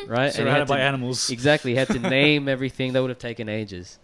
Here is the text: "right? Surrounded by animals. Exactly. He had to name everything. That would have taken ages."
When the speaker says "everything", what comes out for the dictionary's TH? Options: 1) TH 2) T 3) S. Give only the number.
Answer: 1